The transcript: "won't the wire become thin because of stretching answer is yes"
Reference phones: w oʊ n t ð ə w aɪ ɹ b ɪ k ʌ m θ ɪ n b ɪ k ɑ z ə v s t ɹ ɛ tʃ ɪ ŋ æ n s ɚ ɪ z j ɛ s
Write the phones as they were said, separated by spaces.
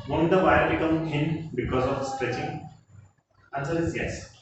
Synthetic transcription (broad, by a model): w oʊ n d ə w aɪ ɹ b ɪ k ʌ m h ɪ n b ɪ k ɑ z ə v s t ɹ ɛ tʃ ɪ ŋ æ n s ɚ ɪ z j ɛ s